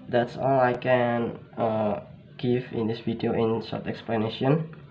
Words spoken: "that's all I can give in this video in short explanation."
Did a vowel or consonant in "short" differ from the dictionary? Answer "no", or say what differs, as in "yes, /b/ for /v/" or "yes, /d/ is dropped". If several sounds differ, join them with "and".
yes, /s/ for /ʃ/